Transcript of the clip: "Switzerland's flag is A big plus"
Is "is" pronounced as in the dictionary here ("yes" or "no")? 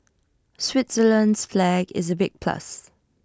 yes